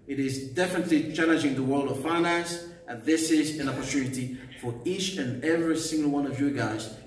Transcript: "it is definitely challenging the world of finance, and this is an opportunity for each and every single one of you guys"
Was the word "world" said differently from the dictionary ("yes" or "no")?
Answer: no